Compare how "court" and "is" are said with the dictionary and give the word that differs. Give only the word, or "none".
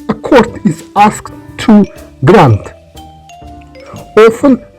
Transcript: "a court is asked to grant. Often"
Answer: is